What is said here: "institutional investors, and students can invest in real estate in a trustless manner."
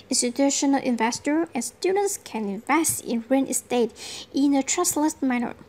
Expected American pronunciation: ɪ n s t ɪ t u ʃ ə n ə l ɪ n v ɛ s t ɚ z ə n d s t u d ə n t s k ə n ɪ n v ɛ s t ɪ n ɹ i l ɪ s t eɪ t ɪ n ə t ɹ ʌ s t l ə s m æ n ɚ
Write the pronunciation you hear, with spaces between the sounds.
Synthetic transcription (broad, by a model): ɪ n s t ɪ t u ʃ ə n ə l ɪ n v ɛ s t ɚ ə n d s t u d ə n t s k ə n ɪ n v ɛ s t ɪ n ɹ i n ɪ s t eɪ t ɪ n ə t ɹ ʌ s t l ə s m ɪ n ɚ